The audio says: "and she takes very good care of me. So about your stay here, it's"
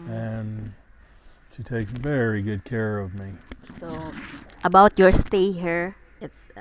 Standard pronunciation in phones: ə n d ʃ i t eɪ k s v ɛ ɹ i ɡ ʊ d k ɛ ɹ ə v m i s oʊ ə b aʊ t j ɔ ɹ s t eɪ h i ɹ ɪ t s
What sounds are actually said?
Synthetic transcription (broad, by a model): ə n ʃ i t eɪ k v ɛ ɹ i ɡ ʊ d k ɛ ɹ ə v m i s oʊ ə b aʊ t j ɔ ɹ s t eɪ h i ɹ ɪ t s